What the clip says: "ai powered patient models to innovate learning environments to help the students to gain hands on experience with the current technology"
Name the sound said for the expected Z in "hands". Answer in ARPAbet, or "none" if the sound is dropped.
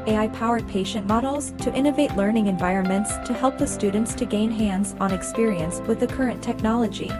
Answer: Z